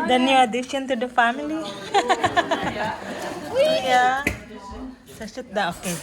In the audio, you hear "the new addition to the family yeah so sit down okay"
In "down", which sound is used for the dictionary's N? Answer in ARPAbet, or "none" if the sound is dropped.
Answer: none